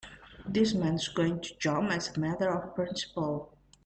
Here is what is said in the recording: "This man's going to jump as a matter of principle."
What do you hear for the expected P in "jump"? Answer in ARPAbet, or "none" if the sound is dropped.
none